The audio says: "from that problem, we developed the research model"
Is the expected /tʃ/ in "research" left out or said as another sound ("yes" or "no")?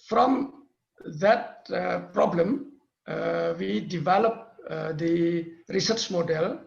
no